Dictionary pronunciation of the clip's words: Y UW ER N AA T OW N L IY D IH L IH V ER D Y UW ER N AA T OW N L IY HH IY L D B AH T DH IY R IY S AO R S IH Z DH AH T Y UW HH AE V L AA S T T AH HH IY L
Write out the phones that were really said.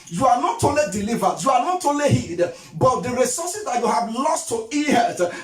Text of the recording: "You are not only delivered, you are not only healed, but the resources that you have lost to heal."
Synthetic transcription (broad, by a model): Y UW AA N AA T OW L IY D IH L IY V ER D Y UW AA N AA T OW L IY HH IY D B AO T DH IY R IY S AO S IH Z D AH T Y UW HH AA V L AA S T T AH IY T